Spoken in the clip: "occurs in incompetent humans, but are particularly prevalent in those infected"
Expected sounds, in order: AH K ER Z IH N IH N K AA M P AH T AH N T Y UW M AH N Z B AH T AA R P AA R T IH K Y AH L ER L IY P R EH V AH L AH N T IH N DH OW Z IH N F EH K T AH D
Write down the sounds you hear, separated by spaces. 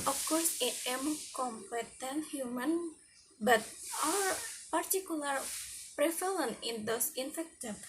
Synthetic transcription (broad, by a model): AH K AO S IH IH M K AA M P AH T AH N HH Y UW M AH N B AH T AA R P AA R T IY K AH L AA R P R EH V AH L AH N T IH N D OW S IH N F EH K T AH